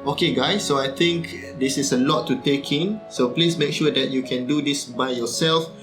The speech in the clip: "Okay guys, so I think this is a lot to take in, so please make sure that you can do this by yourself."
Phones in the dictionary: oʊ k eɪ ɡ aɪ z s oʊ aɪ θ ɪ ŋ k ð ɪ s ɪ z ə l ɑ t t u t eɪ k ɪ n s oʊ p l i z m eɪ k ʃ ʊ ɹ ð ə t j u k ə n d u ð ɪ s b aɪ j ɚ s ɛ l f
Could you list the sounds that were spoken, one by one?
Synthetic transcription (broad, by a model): oʊ k eɪ ɡ aɪ s oʊ aɪ t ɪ ŋ k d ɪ s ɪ s ə l ɑ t t u t eɪ k ɪ n s oʊ p l i s m eɪ k ʃ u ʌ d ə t j u k ə n d u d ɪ s b aɪ j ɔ s ɛ l f